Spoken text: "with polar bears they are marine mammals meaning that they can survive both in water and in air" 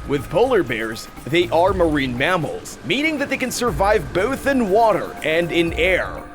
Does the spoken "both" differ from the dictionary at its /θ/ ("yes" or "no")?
no